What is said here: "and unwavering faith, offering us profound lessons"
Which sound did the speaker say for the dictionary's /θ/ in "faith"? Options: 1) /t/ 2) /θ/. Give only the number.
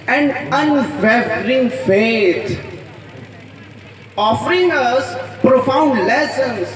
1